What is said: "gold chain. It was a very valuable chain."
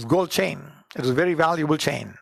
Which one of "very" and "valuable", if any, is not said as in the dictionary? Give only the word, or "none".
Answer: none